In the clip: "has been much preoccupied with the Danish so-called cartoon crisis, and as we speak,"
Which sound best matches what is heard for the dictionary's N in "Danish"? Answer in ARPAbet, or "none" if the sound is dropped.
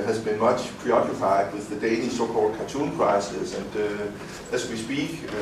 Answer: L